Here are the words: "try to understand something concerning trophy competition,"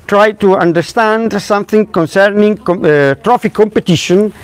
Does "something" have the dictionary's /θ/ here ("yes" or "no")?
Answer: yes